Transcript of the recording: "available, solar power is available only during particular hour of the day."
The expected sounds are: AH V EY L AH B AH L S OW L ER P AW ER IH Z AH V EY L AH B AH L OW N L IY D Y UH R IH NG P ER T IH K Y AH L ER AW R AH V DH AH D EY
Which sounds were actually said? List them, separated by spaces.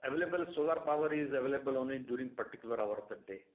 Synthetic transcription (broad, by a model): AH V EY L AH B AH L S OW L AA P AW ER IH Z AH V EY L AH B AH L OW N IY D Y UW R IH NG P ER T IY K Y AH L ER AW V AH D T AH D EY